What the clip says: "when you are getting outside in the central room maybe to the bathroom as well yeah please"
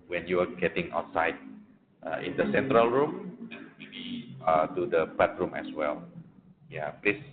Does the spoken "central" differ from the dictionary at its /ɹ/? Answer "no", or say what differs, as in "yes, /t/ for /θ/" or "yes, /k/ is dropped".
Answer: no